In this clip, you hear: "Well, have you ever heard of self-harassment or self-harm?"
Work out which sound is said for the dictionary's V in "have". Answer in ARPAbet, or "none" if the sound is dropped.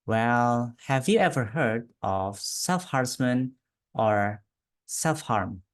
V